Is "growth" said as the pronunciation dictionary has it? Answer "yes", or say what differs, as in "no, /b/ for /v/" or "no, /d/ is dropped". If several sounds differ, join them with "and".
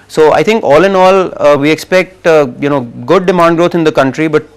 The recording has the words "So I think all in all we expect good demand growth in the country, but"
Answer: no, /t/ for /θ/